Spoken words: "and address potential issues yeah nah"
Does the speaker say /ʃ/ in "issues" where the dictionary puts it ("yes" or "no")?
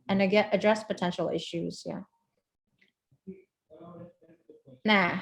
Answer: yes